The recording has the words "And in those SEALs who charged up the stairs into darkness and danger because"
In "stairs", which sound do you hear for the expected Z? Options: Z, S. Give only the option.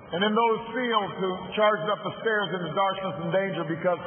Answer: Z